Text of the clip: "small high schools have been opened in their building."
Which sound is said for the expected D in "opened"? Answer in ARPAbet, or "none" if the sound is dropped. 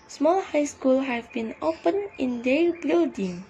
none